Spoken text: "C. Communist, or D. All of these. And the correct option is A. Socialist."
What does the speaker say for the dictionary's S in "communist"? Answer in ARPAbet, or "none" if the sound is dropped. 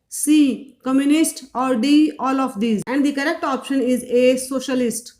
S